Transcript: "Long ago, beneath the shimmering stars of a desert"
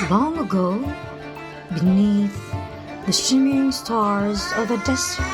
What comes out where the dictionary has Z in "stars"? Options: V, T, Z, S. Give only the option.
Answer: Z